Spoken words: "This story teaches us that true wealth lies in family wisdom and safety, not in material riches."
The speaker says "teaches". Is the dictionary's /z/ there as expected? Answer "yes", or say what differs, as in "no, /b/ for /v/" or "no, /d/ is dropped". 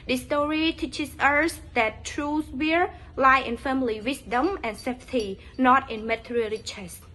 no, /s/ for /z/